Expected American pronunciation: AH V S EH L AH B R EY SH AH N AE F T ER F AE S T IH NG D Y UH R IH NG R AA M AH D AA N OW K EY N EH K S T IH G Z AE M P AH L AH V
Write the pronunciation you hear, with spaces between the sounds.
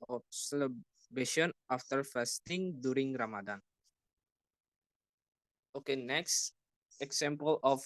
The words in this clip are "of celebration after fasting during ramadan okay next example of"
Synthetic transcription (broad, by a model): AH S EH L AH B EY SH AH N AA F T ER F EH S T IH NG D Y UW R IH NG R AA M AH D AA N OW K EY N EH K S T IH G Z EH M P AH L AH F